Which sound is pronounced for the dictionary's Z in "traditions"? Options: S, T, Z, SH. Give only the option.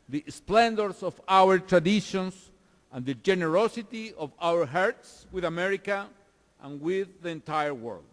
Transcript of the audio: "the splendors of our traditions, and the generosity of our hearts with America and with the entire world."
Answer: S